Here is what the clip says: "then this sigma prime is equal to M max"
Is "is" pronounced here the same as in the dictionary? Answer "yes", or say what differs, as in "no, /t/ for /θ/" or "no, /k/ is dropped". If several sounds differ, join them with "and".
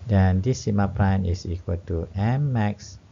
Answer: no, /s/ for /z/